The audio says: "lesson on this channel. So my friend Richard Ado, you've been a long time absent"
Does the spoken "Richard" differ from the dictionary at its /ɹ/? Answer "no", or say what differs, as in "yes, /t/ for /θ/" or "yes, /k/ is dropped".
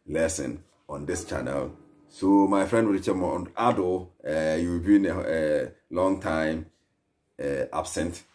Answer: yes, /w/ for /ɹ/